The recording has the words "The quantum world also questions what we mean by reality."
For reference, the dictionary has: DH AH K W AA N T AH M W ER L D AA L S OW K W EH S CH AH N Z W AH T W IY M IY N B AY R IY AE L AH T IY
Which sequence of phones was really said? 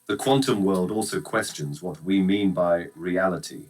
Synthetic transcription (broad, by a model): DH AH K W AA N T AH M W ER L D AA L S OW K W EH S CH AH N Z W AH T W IY M IY N B AY R IY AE L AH T IY